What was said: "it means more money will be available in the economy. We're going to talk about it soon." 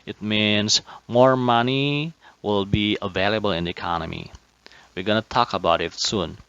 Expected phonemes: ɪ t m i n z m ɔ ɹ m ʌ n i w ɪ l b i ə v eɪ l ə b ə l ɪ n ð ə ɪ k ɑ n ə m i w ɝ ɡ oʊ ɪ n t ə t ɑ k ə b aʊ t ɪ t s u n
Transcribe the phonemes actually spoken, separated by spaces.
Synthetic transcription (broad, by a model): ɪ t m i n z m ɔ ɹ m ʌ n i w ɪ l b i ə v eɪ l ə b ə l ɪ n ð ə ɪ k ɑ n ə m i w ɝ ɡ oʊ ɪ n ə t ɑ k ə b aʊ t ɪ t s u n